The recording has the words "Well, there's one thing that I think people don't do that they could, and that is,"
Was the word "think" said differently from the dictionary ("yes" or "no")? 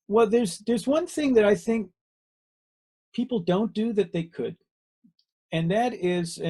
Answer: no